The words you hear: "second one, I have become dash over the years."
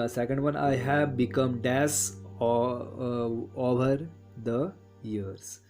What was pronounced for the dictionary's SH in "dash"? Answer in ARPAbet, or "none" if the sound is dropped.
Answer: S